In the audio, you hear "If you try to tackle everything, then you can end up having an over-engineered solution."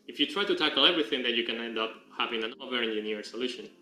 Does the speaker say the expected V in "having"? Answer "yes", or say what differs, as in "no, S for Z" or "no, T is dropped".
yes